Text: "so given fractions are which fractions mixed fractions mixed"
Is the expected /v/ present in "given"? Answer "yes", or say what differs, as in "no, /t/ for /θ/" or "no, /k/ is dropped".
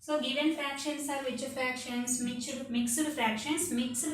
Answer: yes